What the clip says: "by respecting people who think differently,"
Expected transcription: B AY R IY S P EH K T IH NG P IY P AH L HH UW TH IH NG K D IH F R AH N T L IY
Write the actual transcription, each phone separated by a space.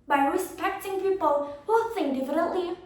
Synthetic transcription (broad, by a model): B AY R IY S P EH K T IH NG P IY P AH L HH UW S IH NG D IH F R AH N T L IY